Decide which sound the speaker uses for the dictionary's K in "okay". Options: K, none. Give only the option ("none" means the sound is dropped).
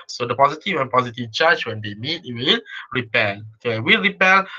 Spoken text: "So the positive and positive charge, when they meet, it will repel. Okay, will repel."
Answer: none